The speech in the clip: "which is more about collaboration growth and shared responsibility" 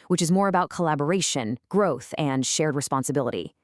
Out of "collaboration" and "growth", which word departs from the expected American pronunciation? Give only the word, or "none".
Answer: none